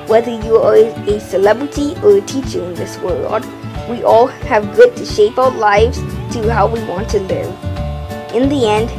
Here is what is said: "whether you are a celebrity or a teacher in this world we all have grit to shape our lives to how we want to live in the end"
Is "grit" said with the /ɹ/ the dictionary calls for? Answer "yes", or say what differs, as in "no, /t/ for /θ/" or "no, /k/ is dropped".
no, /ɹ/ is dropped